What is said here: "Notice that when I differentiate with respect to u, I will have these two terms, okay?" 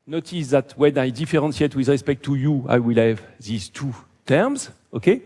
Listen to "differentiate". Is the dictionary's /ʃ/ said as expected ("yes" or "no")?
no